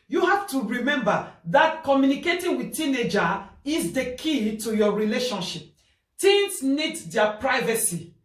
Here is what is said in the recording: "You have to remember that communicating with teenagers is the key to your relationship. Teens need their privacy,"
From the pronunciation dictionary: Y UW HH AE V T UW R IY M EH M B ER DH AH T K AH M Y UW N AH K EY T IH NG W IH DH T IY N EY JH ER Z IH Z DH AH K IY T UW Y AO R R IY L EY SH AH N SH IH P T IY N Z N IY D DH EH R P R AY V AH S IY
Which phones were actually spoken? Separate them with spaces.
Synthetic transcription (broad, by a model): Y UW HH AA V T UW R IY M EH M B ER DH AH T K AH M Y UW N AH K EY T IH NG W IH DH T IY N EY JH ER IH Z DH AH K IY T UW Y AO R R IY L EY SH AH N SH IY P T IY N S N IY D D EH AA P R AY V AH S IY